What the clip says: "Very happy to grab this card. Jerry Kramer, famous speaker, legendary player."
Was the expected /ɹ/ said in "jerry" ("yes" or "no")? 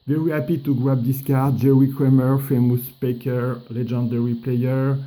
no